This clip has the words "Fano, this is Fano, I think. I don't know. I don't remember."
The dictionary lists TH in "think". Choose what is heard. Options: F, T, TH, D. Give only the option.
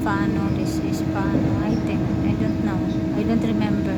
T